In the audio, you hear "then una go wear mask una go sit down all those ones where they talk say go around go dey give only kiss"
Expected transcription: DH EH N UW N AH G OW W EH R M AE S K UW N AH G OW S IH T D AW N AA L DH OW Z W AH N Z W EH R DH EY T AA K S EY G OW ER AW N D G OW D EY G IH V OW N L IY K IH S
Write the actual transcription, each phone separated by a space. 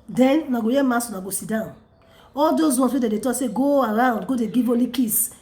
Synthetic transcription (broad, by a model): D EH N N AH G OW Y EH M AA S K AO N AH G OW S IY D AW N AA L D OW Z W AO N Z W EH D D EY T AA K S EY G OW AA AW N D G OW D EY G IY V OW L IY K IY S